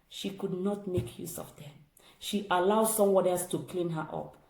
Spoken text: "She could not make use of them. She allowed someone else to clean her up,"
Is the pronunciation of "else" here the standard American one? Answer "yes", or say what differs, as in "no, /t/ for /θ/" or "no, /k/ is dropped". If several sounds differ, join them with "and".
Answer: no, /l/ is dropped